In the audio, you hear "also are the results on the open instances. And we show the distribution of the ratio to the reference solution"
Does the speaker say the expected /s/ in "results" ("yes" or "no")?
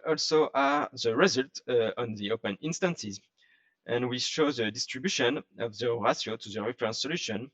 no